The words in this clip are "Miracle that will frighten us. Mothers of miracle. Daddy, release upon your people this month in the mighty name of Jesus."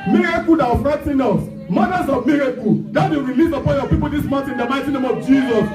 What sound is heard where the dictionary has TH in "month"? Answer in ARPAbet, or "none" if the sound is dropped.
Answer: T